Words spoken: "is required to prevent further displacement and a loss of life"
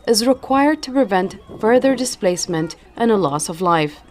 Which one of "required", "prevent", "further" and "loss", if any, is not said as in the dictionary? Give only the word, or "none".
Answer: none